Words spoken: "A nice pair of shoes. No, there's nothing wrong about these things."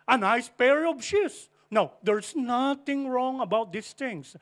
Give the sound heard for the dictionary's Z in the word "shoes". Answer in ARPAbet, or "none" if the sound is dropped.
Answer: S